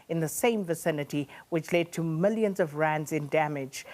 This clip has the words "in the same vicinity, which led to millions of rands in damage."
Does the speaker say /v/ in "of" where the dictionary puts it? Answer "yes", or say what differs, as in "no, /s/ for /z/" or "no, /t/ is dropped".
yes